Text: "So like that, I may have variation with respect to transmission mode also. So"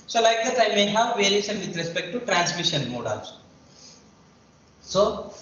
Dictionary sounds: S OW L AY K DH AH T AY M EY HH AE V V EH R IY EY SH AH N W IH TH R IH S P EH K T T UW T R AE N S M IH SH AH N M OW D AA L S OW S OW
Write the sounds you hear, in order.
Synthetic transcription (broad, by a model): S OW L AY K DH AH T AY M EY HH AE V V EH IY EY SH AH N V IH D R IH S P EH K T T UW T R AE N S M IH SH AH N M OW D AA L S S OW